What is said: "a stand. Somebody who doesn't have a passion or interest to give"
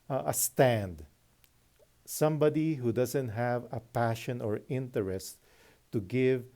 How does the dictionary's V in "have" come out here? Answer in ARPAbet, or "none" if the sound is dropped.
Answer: V